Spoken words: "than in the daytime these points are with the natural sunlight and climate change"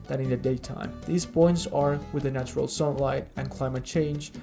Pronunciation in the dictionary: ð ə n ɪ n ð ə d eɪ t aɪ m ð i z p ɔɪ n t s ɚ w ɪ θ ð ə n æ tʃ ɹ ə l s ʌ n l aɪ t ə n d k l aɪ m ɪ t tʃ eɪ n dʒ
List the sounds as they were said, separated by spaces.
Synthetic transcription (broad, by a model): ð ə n ɪ n ð ə d eɪ t aɪ m ð i z b ɔɪ n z ɚ w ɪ ð ə n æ tʃ ɹ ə l s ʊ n l aɪ t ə n k l aɪ m ɪ t tʃ eɪ n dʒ